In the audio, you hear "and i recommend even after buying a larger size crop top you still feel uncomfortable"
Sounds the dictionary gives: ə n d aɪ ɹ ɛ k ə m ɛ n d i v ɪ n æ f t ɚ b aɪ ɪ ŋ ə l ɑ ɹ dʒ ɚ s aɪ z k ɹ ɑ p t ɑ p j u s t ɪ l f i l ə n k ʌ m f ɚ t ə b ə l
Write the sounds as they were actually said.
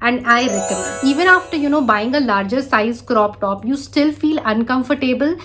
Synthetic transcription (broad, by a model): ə n d aɪ ɹ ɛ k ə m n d i v ɪ n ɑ f t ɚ b aɪ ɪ ŋ ə l ɑ ɹ dʒ ɚ s aɪ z k ɹ ɑ p t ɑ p j u s t ɪ l f i l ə n k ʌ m f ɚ t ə b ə l